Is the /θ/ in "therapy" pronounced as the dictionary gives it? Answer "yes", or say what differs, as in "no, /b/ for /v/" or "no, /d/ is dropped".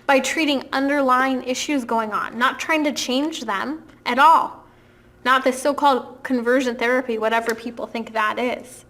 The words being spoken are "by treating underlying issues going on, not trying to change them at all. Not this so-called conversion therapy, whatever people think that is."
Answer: yes